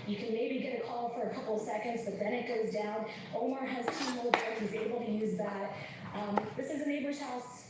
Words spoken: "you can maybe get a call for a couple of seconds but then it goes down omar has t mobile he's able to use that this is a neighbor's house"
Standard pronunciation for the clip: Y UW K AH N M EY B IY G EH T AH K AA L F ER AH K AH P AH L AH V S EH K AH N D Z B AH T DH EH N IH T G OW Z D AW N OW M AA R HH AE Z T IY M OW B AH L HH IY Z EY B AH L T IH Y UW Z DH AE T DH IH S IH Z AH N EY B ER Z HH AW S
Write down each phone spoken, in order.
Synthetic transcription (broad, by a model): Y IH K AH N M EY B IY G EH T AH K AA L F ER AH K AH P L S EH K AH N D Z B AH T DH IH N IH T G OW Z D AW N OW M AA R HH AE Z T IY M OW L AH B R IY Z EY B L T IH Y UW Z DH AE T DH IH S IH Z AH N EY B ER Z HH AW S